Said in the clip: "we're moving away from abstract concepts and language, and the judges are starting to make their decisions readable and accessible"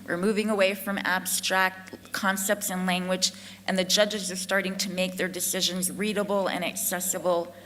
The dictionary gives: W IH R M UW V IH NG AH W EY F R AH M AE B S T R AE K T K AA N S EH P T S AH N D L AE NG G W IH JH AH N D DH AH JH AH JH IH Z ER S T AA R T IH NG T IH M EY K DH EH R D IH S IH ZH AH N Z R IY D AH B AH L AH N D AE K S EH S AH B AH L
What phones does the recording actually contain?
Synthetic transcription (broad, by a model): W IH R M UW V IH NG AH W EY F R AH M AE B S T R AE K T K AA N S EH P T S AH N L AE NG G W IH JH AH N DH AH JH AH JH IH Z ER S T AA R T IH NG T IH M EY K DH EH R D IH S IH ZH AH N Z R IY D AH B L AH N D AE K S EH S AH B L